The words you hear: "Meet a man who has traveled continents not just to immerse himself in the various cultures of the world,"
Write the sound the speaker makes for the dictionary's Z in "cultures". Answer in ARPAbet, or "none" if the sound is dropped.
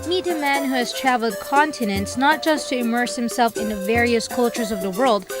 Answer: Z